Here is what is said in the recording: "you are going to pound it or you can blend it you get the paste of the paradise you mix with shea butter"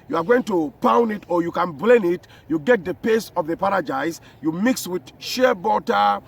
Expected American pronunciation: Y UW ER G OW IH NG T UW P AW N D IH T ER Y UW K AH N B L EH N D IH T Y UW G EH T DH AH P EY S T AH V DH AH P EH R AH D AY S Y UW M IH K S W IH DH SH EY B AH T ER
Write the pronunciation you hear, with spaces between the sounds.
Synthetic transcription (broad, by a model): Y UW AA G OW IH NG T UW P AW N D IH T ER Y UW K AH N B L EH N IH T Y UW G EH T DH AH P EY S AH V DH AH P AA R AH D AY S Y UW M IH K S W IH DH SH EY B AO T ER